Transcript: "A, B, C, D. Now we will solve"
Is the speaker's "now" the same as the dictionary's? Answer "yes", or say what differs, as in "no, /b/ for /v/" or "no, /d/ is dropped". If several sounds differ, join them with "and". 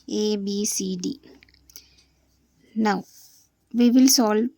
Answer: yes